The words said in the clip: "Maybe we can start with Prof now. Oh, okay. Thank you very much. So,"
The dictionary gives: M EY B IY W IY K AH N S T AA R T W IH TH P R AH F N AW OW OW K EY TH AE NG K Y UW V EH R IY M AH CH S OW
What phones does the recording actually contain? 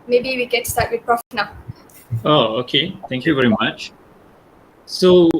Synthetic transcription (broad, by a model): M EY B IY W IY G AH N S T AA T W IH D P R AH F N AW OW OW K EY T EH NG K Y UW V EH R IY M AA CH S OW